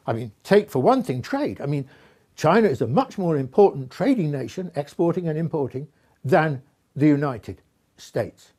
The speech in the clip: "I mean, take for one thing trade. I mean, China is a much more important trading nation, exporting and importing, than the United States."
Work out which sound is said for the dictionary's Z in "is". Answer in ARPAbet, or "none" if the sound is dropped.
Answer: Z